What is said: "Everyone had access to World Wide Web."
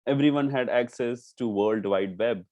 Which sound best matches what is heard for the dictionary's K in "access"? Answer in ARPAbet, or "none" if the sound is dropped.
K